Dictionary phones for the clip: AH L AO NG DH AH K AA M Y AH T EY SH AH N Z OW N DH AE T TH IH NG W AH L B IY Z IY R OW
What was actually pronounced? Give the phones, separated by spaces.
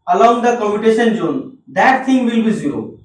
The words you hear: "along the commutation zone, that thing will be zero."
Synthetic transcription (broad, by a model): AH L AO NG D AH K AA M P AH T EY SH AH N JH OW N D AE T T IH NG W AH L B IY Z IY R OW